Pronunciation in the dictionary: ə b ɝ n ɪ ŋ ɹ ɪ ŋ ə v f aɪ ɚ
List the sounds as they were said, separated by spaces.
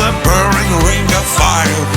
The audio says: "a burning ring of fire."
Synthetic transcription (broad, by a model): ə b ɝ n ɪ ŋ ɹ ɪ ŋ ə p f aɪ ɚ